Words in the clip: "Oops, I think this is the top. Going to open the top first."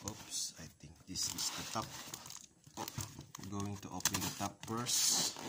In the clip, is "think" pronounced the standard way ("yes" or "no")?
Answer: no